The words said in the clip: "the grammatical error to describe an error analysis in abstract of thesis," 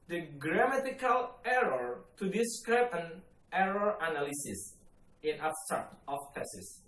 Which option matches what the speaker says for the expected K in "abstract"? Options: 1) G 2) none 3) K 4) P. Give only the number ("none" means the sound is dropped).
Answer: 2